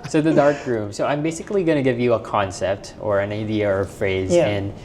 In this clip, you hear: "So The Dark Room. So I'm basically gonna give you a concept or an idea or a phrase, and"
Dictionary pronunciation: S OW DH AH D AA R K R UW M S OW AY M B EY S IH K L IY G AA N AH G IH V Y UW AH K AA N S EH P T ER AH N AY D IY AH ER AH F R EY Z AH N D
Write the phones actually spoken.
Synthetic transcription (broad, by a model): S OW DH AH D AA R K R UW M S OW AY M B EY S IH K L IY G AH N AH G IH V Y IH AH K AA N S EH P T ER AH N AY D IY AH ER AH F R EY Z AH N